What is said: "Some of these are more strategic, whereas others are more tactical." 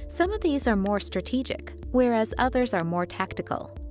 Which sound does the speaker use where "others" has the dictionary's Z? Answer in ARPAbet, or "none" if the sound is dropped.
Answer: Z